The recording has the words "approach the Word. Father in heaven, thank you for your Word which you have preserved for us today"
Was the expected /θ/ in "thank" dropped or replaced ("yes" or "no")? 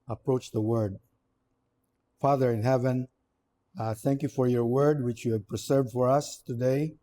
no